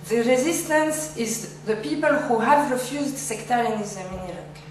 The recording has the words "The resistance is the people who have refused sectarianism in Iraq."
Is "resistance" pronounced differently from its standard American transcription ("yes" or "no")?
no